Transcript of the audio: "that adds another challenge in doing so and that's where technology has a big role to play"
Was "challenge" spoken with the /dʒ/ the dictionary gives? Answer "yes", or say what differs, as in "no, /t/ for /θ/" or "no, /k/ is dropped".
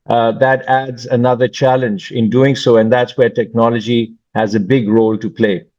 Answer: yes